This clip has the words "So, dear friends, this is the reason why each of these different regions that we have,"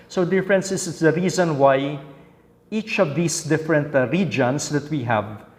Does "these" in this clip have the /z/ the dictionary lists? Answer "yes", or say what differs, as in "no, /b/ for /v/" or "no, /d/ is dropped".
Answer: no, /s/ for /z/